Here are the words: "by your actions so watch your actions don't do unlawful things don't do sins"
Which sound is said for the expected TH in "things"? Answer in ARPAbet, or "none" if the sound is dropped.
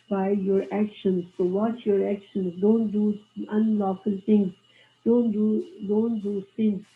T